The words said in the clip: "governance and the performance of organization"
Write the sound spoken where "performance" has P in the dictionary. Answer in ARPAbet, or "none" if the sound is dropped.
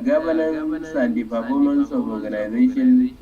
B